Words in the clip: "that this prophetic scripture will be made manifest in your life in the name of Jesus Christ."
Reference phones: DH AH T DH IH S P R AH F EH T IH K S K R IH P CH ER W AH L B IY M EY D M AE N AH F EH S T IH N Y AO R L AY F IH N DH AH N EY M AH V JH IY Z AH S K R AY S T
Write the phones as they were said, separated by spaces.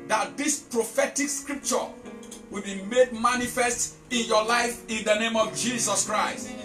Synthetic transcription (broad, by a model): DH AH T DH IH S P R AH F EH T IH K S K R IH P CH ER W AH L B IY M EY D M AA N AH F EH S T IH N Y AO L AY F IH N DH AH N EY M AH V JH IY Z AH S K R AY S T